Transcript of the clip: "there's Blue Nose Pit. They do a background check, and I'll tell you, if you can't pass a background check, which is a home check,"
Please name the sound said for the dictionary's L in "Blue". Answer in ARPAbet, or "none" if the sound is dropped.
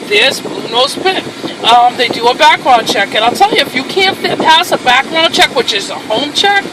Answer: none